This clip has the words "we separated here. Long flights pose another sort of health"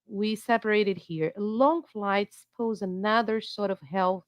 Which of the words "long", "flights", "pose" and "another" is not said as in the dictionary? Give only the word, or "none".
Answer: none